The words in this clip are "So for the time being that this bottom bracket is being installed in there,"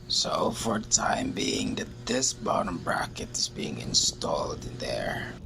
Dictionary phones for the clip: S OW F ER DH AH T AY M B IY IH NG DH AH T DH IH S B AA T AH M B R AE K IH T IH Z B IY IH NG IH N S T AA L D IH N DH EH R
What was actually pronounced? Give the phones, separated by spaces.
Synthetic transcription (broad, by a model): S OW F ER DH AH T AY M B IY IH NG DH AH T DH IH S B AA T AH M B R AE K IH T IH Z B IY IH NG IH N S T AA L D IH N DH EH R